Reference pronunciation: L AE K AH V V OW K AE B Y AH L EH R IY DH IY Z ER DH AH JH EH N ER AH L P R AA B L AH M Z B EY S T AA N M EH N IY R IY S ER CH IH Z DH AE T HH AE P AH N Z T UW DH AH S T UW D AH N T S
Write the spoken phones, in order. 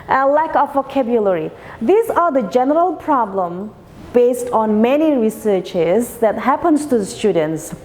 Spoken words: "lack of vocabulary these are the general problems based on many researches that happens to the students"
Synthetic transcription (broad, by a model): L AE K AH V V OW K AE B Y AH L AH R IY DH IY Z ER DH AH JH EH N ER AH L P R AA B L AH M B EY S T AA N M EH N IY R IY S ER CH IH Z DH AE T HH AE P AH N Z T UW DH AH S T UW D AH N T S